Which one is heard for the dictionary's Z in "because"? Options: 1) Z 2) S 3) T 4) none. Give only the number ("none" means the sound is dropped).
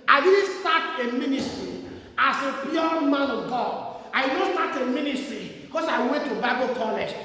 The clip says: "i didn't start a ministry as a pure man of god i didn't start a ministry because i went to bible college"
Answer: 2